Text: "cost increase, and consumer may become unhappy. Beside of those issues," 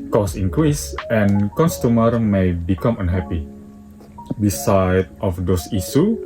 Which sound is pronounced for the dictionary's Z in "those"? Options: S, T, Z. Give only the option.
S